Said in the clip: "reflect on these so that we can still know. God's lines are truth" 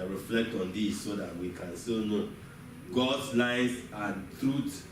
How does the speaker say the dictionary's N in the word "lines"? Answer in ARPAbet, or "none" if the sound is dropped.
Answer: none